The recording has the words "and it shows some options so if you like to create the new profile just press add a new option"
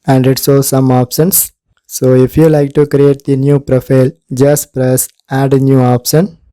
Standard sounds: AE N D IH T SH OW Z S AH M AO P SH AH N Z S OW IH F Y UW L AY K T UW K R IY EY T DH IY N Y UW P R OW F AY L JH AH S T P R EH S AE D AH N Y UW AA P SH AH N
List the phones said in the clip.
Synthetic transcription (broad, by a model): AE N D IH T S OW S AH M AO P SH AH N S S OW IH F Y UW L AY K T UW K R IY EY T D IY N Y UW P R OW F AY L JH AH S T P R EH S AE D N Y UW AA P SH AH N